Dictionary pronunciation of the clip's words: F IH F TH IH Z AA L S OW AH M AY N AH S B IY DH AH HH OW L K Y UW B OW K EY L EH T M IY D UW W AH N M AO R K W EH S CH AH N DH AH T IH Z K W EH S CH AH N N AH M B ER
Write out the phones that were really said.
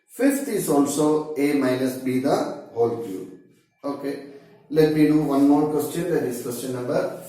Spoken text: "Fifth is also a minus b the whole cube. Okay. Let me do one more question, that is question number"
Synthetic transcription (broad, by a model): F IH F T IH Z AA L S OW AH M AY N AH S B IY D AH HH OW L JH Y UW OW K EY L EH T M IY D UW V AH N M AO R K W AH S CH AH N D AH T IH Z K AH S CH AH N N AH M B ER